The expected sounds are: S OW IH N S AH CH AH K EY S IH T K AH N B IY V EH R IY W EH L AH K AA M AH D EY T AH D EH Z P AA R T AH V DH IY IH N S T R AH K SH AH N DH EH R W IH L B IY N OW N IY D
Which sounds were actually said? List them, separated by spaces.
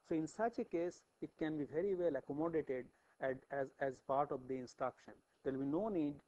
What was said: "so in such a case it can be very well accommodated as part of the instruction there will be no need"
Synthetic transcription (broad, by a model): S OW IH N S AH CH AH K EY S IH T K AH N B IY V EH R IY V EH L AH K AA M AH D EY T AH D EH Z P AA R T AH V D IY IH N S T R AH K SH AH N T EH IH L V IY N OW N IY D